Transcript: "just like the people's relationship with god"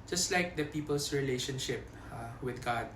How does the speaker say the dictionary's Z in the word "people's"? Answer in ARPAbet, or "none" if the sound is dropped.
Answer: S